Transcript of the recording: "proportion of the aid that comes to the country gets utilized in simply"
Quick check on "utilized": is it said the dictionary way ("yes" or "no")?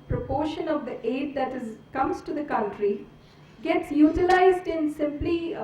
yes